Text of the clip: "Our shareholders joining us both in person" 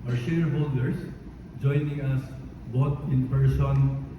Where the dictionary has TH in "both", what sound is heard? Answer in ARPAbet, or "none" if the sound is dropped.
T